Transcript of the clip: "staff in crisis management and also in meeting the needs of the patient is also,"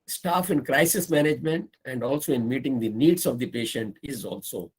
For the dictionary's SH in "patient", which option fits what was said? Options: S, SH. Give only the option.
SH